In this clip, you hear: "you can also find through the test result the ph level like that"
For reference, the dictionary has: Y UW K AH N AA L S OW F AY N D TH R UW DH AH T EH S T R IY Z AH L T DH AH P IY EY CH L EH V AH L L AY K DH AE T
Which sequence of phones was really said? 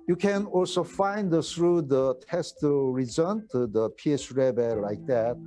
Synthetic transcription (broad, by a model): Y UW K AH N AA L S OW F AY N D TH R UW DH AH T EH S T R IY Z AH N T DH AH P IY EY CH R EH B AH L L AY K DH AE T